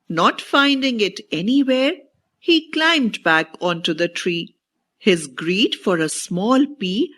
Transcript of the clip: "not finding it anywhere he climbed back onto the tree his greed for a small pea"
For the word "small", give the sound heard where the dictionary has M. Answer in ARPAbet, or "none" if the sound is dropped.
M